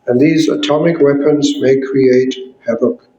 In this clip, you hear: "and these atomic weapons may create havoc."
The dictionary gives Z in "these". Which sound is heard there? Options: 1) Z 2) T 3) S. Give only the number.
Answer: 1